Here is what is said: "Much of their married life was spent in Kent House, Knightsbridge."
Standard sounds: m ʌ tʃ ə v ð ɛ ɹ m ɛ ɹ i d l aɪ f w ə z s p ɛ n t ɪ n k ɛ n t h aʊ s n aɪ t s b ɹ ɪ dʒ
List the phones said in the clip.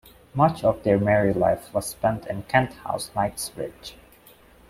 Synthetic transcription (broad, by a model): m ʌ tʃ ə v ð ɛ ɹ m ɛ ɹ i l aɪ f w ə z s p ɛ n t ɪ n k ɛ n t h aʊ s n aɪ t s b ɹ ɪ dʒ